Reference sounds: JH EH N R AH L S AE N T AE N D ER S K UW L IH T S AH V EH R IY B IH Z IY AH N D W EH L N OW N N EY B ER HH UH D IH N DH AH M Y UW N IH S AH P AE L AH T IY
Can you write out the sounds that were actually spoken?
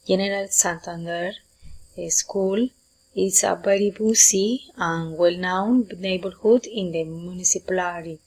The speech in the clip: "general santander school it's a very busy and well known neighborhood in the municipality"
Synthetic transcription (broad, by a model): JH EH N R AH L S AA N T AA N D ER S K UW L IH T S AH B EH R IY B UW S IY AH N W EH L N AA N N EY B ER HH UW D IH N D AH M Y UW N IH S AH P L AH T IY